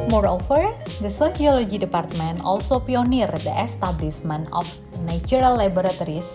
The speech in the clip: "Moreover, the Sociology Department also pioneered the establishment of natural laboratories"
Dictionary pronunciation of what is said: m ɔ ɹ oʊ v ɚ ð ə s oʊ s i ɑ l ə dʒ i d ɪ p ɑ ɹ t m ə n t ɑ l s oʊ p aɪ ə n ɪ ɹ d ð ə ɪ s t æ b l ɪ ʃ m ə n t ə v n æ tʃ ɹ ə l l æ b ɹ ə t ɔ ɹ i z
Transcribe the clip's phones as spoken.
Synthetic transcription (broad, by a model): m ɔ ɹ oʊ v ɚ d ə s oʊ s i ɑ l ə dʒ i d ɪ p ɑ ɹ t m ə n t ɑ l s oʊ p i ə n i ɹ d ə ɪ s t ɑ b l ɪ s m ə n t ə f n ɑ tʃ ɹ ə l l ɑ b ɹ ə t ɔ ɹ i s